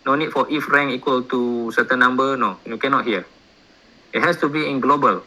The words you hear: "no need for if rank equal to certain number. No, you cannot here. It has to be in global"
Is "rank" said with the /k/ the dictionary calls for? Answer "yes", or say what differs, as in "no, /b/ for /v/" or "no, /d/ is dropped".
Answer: no, /k/ is dropped